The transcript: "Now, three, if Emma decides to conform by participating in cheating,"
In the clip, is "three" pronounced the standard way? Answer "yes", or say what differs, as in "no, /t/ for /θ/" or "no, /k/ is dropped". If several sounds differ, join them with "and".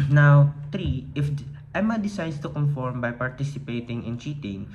no, /t/ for /θ/